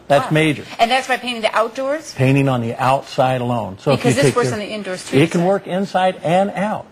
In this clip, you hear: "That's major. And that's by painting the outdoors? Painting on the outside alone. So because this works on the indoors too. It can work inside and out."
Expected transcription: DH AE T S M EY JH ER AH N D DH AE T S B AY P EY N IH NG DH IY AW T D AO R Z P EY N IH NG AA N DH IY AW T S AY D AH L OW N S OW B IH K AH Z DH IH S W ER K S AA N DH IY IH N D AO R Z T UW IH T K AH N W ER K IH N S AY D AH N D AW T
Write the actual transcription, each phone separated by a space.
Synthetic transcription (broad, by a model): DH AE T S M EY JH ER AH N DH AE T S B AY P EY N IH NG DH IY AW T D AO R Z P EY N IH NG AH N DH IY AW T S AY D AH L OW N S OW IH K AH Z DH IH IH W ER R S N DH IY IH N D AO R S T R IH T K AH N W ER K IH N S AY D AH N AW T